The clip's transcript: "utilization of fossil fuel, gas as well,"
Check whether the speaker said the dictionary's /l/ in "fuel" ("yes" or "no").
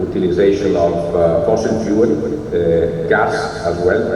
no